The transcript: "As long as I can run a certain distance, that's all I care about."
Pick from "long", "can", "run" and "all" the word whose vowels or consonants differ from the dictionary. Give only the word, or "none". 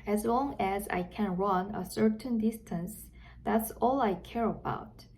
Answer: none